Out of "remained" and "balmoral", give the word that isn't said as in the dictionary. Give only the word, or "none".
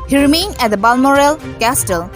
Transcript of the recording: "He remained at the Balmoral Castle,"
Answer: remained